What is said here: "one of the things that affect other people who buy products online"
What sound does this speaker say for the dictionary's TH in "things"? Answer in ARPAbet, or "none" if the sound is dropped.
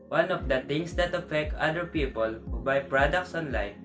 T